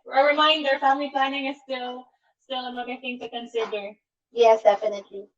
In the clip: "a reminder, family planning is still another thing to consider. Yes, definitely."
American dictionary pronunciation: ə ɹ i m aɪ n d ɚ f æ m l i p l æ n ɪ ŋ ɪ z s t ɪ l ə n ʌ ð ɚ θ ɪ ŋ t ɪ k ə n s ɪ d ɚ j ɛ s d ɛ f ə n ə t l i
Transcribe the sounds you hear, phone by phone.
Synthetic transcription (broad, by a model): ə ɹ i m aɪ n d ɚ f æ m l i p l æ n ɪ ŋ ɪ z s t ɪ l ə l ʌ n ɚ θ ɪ ŋ t ɪ k ə n s ɪ d ɚ j ɛ s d ɛ f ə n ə t l i